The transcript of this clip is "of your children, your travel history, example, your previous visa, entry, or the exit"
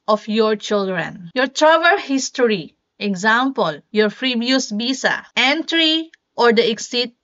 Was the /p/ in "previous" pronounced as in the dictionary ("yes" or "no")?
no